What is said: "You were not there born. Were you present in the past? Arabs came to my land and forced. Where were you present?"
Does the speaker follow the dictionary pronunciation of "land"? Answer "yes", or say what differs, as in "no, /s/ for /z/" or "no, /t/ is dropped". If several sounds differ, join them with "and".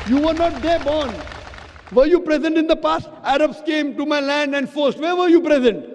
yes